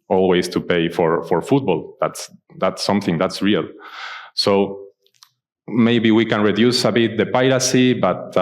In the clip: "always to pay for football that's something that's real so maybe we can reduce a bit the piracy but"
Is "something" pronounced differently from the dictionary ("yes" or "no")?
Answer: no